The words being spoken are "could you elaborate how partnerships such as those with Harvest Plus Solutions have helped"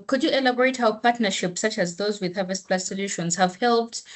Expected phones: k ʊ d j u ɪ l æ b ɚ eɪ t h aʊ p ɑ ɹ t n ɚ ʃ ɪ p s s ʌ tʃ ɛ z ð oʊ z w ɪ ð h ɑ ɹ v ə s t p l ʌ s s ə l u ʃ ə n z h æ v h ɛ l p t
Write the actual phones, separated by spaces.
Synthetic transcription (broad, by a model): k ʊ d j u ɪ l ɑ b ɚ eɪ t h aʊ p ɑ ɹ t n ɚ ʃ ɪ p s s ʌ tʃ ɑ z ð oʊ z w ɪ ð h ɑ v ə s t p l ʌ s s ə l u ʃ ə n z h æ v h ɛ l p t